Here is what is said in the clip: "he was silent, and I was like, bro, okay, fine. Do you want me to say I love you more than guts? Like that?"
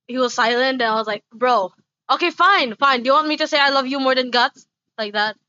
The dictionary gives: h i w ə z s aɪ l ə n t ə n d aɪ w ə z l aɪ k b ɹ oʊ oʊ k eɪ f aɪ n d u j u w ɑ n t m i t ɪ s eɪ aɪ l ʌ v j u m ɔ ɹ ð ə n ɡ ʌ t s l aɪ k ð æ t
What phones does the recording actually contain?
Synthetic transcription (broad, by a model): h i w ə z s aɪ l ə n t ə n aɪ w ə z l aɪ k b ɹ oʊ oʊ k eɪ f aɪ n d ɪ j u w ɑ n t m i t ɪ s eɪ aɪ l ʌ v j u m ɔ ɹ ð ə n ɡ ʌ t s l aɪ k ð æ t